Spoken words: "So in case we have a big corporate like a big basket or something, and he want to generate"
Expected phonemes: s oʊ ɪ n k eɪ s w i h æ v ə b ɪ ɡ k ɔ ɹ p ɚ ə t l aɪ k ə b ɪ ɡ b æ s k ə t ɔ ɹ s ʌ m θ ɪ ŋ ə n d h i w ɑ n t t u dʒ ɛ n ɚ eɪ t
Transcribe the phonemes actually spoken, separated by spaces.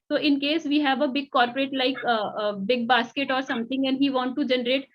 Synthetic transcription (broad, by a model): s oʊ ɪ n k eɪ s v i h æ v ə b ɪ ɡ k ɔ ɹ p ɚ ə t l aɪ k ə b ɪ ɡ b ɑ s k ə t ɔ ɹ s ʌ m t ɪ ŋ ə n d h i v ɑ n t t u dʒ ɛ n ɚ eɪ t